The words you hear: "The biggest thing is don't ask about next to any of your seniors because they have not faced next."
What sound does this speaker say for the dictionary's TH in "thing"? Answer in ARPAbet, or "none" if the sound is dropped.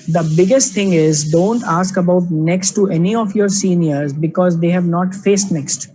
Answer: T